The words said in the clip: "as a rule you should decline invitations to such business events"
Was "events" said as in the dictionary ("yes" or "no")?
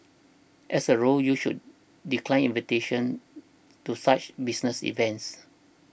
yes